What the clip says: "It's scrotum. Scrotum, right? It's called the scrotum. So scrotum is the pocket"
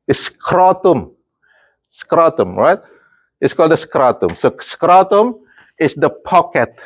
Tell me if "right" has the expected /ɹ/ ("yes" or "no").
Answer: yes